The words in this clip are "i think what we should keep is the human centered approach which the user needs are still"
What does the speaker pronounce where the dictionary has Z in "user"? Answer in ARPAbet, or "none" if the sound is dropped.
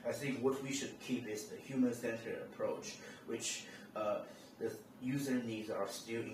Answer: Z